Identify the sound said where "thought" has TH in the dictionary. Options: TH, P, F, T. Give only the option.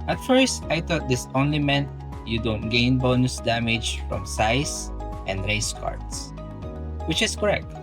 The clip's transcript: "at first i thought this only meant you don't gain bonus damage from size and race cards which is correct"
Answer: T